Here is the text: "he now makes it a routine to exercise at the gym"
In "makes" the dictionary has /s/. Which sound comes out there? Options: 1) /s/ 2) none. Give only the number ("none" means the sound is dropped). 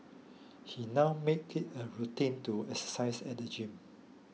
2